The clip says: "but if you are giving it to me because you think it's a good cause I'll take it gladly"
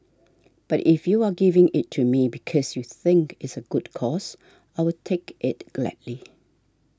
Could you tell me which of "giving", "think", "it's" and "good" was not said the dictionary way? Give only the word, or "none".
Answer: none